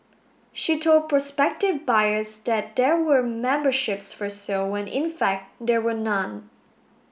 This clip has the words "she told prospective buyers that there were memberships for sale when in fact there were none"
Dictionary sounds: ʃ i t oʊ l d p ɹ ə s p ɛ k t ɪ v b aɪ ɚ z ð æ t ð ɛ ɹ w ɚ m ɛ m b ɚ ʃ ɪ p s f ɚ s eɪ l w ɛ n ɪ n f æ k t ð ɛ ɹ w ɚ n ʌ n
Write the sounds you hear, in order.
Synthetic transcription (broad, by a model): ʃ i t oʊ l d p ɹ ə s p ɛ k t ɪ v b aɪ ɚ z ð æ t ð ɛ ɹ w ɚ m ɛ m b ɚ ʃ ɪ p s f ɚ s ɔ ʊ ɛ n ɪ n f æ k t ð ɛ ɹ w ɚ n ʌ n